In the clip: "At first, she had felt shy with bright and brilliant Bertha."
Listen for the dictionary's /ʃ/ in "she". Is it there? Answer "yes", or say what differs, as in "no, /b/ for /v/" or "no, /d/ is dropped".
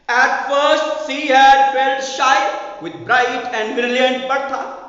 no, /s/ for /ʃ/